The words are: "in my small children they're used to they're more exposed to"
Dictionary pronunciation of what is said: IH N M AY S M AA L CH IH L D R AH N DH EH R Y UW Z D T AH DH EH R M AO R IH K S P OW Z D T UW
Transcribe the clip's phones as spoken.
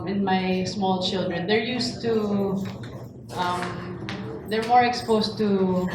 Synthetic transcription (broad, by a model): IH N M AY S M AA L CH IH L D R AH N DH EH R Y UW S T T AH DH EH R M AO R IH K S P OW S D T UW